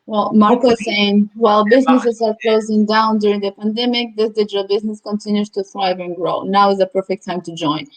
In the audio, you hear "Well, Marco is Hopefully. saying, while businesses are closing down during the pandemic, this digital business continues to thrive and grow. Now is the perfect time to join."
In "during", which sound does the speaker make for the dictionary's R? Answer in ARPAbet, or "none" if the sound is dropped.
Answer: R